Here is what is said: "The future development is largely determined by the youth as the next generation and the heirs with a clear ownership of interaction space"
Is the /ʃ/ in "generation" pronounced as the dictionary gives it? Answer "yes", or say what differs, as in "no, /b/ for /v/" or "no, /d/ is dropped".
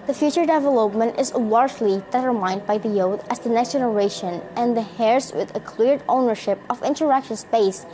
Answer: yes